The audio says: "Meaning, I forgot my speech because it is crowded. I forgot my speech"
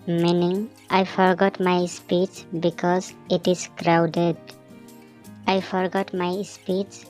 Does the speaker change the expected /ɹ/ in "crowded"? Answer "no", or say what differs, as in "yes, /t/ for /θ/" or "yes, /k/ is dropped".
no